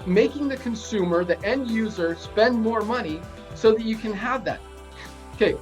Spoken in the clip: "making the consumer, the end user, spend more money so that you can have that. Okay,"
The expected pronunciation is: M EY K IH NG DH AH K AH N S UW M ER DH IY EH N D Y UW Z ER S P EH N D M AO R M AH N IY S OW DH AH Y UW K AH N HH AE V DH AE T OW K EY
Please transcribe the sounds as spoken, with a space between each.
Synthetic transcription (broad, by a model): M EY K IH NG DH AH K AH N S UW M ER DH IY EH N D Y UW Z ER S P EH N D M AO R M AH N IY S OW DH AH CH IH K AH N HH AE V DH AE T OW K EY